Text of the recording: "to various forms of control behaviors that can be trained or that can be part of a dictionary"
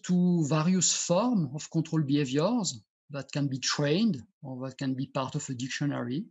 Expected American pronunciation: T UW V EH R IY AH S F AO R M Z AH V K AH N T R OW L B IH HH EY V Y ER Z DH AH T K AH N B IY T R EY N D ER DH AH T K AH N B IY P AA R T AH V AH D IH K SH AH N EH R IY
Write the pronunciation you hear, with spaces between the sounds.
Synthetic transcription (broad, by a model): T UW V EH R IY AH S F AO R M AH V K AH T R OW L B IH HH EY V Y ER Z DH AH T K AH N B IY T R EY N D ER DH AH T K AH N B IY P AA R T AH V AH D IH K SH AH N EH R IY